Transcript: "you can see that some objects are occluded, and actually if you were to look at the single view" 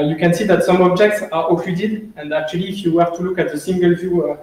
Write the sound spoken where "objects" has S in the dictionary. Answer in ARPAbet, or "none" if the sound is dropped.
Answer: S